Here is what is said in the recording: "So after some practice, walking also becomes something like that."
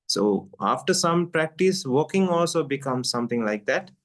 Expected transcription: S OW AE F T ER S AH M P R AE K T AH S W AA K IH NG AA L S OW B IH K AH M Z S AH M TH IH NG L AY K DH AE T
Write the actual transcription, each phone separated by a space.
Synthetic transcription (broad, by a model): S OW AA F T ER S AH M P R AE K T AH S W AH K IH NG AA L S OW B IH K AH M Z S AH M T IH NG L AY K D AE T